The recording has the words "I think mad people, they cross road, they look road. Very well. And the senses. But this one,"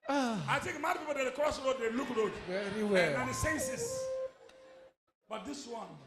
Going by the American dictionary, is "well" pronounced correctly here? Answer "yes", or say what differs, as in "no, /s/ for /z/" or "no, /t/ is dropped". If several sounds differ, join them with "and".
no, /n/ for /l/